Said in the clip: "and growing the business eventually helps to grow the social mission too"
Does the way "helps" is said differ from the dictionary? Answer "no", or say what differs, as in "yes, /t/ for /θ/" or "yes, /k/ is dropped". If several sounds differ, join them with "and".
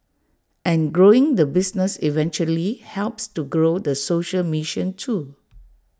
no